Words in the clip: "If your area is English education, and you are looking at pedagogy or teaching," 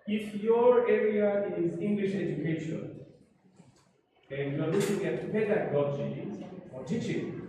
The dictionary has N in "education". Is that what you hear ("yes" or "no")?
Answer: no